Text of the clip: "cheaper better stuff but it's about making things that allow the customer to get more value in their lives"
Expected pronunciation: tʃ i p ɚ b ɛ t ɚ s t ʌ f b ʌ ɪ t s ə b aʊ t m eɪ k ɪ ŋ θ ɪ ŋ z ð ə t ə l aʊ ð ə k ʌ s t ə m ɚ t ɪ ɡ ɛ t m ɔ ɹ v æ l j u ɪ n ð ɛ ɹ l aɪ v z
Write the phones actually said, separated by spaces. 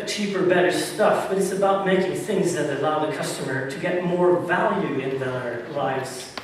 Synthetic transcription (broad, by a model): tʃ i p ɚ b ɛ t ɚ s t ʌ f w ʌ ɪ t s ə b aʊ t m eɪ k ɪ ŋ θ ɪ ŋ z ð ə t ə l aʊ ð ə k ʌ s t ə m ɚ t ɪ ɡ ɛ t m ɔ ɹ v æ l j u ɪ n ð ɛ ɹ l aɪ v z